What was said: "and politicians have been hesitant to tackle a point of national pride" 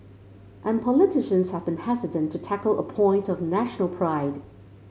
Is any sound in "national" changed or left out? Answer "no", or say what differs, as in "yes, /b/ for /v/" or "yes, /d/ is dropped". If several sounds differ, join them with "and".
no